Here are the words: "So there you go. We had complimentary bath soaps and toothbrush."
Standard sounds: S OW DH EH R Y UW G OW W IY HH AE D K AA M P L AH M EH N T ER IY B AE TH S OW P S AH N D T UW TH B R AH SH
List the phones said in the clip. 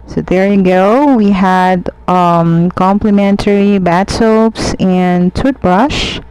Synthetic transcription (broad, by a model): S OW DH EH R Y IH G OW W IY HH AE D K AA M P L AH M EH N T ER IY B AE T S OW P S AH N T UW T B R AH SH